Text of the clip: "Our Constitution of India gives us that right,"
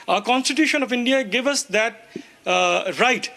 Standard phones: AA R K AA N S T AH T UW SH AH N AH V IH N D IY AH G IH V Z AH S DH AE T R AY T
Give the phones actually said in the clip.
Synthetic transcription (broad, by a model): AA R K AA N S T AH T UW SH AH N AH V IH N D IY AH G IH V AH S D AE T R AY T